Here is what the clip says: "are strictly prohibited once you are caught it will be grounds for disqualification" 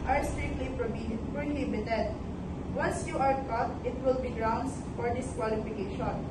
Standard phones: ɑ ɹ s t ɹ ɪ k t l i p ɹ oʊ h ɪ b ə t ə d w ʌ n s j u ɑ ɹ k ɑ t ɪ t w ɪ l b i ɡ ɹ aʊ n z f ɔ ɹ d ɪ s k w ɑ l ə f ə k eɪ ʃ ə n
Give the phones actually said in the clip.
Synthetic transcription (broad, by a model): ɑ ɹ s t ɛ t l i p ɹ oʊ h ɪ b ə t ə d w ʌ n s j u ɑ ɹ k ɑ t ɪ t w ɪ l b i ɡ ɹ aʊ n s f ɔ ɹ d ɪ s k w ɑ l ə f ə k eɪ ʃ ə n